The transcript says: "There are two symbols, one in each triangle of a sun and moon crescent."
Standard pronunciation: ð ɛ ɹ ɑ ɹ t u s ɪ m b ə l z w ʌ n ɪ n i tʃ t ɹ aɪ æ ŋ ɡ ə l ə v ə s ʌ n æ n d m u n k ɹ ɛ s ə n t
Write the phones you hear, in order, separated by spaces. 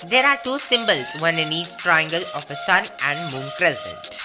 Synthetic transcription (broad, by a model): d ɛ ɹ ɑ ɹ t u s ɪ m b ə l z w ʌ n ɪ n i s t ɹ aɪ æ ŋ ɡ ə l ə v ə s ʌ n æ n d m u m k ɹ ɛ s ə n t